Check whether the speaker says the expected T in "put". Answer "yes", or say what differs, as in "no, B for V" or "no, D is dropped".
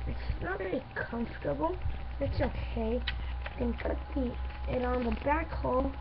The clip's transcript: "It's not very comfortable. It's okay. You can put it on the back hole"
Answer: no, T is dropped